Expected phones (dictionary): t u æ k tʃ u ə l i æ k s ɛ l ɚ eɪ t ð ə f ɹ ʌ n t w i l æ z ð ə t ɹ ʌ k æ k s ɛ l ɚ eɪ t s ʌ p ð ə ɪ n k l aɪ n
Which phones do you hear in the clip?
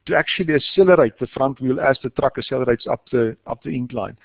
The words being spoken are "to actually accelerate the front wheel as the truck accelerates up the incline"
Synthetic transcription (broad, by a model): t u æ k tʃ u ə l i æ s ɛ l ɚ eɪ t ð ə f ɹ ʌ n t w i l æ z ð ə t ɹ ʌ k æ s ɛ l ɚ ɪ t s ʌ p ð ə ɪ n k l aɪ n